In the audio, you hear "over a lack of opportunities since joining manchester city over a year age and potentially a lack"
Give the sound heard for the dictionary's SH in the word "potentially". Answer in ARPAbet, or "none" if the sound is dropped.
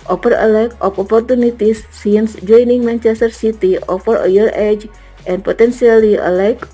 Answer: S